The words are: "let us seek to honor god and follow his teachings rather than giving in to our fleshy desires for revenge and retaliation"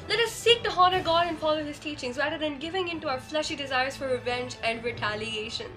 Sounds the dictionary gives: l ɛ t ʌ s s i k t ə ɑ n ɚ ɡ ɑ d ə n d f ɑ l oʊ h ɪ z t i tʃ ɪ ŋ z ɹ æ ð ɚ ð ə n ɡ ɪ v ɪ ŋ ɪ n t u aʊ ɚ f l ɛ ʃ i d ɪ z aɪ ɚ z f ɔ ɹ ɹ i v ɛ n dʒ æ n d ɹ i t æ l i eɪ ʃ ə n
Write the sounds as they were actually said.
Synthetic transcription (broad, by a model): l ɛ t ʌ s s i k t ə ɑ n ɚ ɡ ɑ d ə n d f ɑ l oʊ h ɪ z t i tʃ ɪ ŋ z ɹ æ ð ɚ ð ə n ɡ ɪ v ɪ ŋ ɪ n t u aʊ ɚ f l ɛ ʃ i d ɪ z aɪ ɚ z f ɔ ɹ ɹ i v ɛ n dʒ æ n d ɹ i t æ l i eɪ ʃ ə n